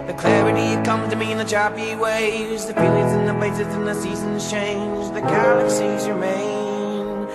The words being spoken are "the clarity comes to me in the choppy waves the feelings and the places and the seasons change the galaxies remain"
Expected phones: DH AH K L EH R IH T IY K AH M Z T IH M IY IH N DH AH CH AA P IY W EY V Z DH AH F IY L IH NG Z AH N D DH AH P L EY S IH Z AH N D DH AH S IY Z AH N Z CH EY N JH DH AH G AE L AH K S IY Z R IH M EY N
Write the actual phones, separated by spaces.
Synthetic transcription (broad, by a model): DH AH K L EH R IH T IY K AH M T IH M IY IH N DH AH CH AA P IY W EY Z DH AH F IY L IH Z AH N DH AH P L EY S IH Z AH N DH AH S IY Z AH N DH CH EY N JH DH AH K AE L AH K S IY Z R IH M EY N